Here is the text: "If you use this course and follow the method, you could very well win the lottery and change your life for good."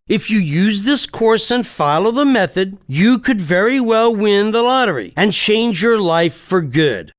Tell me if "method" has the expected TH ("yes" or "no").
yes